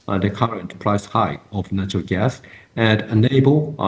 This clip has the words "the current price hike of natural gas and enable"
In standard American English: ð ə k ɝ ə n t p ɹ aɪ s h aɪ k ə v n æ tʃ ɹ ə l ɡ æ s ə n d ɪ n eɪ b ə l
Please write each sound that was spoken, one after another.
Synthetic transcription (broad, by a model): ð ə k ɝ ə n t p ɹ aɪ s h aɪ ə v n æ tʃ ɹ ə l ɡ æ s ə n d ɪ n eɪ b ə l